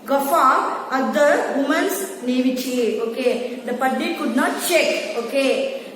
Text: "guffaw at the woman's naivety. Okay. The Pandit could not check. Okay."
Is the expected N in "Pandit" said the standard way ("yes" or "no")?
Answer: no